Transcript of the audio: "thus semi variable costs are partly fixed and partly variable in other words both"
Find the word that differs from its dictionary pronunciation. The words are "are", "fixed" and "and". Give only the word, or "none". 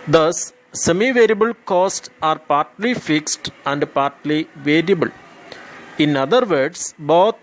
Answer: none